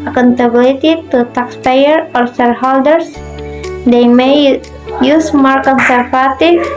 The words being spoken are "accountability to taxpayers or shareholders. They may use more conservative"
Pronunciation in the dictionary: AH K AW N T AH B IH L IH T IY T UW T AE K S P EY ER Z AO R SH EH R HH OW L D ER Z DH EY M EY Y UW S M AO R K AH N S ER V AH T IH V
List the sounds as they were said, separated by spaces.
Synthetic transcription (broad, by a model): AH K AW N T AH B L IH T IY T UW T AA K S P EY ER AO R S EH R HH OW L D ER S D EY M EY Y UW S M AO R K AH N S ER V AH T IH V